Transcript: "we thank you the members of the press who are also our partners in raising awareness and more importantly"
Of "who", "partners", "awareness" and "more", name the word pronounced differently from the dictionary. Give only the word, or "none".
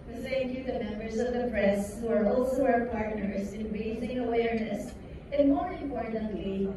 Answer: none